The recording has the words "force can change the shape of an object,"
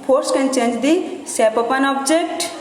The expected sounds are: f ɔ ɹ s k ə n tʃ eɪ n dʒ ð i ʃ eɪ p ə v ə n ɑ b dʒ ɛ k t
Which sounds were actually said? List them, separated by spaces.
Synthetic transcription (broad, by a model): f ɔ ɹ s k ə n tʃ eɪ n dʒ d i s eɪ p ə p ə n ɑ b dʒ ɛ k t